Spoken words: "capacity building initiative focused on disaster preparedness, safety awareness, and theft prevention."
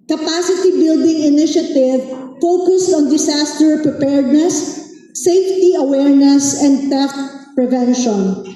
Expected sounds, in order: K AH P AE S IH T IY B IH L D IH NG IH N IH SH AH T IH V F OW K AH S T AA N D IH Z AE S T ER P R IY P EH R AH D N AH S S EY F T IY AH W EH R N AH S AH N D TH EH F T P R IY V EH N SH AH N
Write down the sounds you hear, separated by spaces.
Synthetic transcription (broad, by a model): K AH P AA S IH T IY B IH L D IH NG IH N IH SH AH T IH V F OW K AH S T AA N D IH S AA S T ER P R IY P EH R D N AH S S EY F T IY AH W EH R N AH S AH N D T EH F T P R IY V EH N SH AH N